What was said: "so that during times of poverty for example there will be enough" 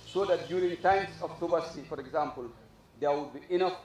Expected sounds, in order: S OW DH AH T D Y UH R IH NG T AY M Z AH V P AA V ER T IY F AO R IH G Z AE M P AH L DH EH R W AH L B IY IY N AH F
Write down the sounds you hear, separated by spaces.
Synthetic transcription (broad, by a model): S OW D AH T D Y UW R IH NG T AY M S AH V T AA B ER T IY F AO R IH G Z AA M P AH L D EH W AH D B IY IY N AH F